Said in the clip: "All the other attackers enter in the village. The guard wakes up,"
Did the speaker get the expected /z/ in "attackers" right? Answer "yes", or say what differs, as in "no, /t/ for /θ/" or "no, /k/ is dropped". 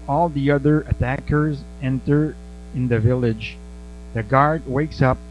yes